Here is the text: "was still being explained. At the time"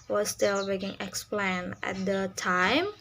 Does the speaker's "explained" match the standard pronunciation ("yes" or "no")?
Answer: no